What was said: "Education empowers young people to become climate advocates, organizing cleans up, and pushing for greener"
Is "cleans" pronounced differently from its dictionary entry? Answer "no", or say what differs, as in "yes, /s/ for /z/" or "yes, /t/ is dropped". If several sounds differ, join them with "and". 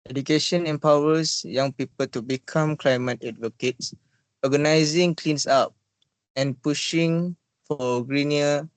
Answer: yes, /s/ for /z/